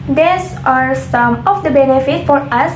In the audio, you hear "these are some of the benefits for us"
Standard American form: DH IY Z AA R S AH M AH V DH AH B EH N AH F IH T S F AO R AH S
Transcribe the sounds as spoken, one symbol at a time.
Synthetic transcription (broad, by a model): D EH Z AA R S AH M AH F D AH B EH N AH F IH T F AO R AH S